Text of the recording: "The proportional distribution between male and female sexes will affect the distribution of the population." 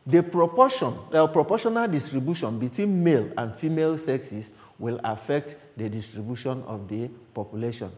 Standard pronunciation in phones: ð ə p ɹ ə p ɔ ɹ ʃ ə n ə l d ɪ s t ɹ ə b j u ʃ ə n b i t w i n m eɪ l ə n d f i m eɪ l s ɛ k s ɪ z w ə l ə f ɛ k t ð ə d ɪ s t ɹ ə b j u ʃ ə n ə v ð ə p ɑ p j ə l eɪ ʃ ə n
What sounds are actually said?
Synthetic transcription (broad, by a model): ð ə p ɹ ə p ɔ ɹ ʃ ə n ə l d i s t ɹ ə b j u ʃ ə n b i t w i n m eɪ l ə n d f i m eɪ l s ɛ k s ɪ s w ə l ə f ɛ k t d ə d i s t ɹ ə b j u ʃ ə n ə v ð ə p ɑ p j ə l eɪ ʃ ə n